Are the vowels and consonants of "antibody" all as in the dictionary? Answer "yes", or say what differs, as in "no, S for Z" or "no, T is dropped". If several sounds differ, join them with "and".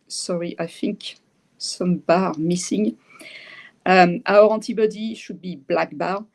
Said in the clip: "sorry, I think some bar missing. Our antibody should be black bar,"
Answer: no, N is dropped